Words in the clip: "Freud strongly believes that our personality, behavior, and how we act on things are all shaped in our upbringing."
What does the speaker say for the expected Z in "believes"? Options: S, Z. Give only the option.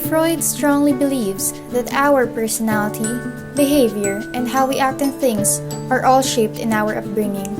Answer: S